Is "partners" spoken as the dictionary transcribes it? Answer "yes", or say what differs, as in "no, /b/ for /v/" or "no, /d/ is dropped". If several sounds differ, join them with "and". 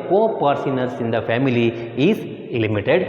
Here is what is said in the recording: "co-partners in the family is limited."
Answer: no, /s/ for /t/